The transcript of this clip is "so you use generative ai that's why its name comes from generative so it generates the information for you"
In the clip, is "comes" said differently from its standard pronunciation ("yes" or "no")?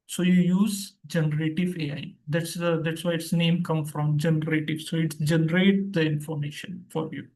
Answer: yes